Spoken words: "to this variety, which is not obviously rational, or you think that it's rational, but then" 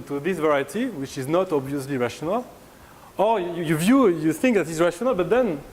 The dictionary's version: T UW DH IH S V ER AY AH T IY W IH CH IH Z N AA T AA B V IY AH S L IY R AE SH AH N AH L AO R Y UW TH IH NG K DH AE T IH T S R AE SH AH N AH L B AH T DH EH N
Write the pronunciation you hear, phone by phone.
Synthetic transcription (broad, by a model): T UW DH IH S V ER AY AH T IY W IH CH IH Z N AA T AA B V IY AH S L IY R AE SH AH N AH L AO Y Y UW TH IH NG K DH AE T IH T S R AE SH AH N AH L B AH T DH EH N